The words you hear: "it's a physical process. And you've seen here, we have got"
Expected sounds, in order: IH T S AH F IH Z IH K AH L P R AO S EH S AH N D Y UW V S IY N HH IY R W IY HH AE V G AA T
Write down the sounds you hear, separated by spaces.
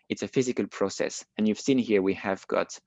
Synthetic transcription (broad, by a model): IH T S AH F IH Z IH K AH L P R AO S EH S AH N Y UW V S IY N HH IY R W IY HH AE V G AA T